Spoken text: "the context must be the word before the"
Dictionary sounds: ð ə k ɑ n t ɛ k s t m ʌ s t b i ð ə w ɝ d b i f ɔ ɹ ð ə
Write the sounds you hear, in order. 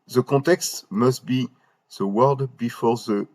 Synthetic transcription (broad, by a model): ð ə k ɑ t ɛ k s t m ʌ s t b i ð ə w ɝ d b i f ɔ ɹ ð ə